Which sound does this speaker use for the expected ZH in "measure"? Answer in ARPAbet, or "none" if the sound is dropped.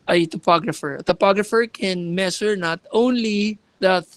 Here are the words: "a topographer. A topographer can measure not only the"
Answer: S